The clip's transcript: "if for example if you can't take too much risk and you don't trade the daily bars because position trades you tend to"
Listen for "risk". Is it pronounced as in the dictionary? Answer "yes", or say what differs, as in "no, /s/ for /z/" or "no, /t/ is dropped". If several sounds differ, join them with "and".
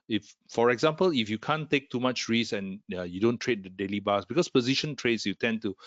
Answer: no, /k/ is dropped